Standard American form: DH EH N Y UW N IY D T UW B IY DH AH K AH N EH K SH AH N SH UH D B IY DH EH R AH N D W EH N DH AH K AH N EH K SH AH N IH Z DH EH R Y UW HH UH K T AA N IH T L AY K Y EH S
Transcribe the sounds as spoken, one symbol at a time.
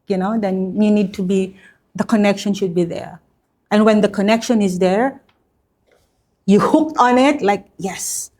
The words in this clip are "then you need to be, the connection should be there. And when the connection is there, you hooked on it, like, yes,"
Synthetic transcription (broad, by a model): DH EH N Y UW N IY D T UW B IY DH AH K AH N EH K SH AH N SH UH D B IY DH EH R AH N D W EH N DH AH K AH N EH K SH AH N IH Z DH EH R Y UW HH UH K T AA N IH T L AY K Y EH S